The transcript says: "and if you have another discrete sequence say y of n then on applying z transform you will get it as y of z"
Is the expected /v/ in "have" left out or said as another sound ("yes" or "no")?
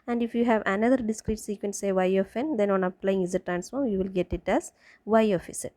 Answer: no